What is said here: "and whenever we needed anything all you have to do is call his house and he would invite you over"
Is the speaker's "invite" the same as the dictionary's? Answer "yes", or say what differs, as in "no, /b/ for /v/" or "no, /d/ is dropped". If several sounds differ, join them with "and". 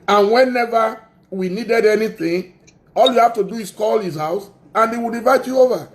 no, /n/ is dropped